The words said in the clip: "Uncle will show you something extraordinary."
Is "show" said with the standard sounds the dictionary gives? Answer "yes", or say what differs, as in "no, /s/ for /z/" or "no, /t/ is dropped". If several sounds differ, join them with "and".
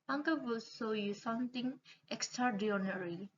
no, /s/ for /ʃ/